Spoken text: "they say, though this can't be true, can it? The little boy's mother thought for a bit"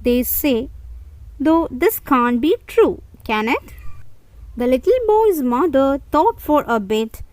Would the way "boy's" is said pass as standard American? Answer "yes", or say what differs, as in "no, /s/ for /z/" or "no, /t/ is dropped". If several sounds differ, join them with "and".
yes